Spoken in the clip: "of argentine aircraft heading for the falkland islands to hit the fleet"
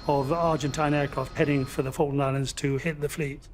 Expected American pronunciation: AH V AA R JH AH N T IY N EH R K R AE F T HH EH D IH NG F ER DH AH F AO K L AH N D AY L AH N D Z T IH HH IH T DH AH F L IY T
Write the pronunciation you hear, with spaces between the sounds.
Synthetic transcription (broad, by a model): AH V AA R JH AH N T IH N EH R K R AE F T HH EH D IH NG F ER DH AH F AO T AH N AY L AH N D Z T IH HH IH T DH AH F L IY T